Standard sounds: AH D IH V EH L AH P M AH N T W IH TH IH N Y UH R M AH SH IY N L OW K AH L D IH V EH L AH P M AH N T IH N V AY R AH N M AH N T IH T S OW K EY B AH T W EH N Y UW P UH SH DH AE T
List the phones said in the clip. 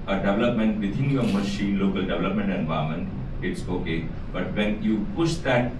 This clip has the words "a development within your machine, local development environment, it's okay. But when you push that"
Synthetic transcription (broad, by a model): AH D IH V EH L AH P M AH N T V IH T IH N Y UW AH M AH SH IY N L OW K AH L D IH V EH L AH P M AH N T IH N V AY AH M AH N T IH T S OW K EY B AH T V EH N Y UW P UH SH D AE T